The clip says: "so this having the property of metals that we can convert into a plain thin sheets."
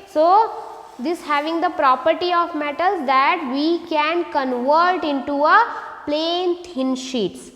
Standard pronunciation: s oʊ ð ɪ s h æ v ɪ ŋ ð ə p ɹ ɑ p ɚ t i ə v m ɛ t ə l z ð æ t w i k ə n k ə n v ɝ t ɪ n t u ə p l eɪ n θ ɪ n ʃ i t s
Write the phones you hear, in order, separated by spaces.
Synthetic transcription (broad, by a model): s oʊ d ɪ s h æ v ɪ ŋ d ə p ɹ ɑ p ɚ t i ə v m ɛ t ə l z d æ t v i k ə n k ə n v ɝ t ɪ n t u ə p l eɪ n t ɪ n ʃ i t s